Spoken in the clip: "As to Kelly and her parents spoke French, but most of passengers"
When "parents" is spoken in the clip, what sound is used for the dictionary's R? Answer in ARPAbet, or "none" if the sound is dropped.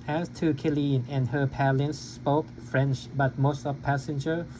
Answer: L